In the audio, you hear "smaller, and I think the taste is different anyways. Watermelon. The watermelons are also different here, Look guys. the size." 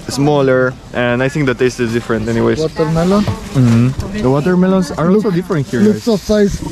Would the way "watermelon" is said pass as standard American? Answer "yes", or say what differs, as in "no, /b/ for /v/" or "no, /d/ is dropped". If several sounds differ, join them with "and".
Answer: yes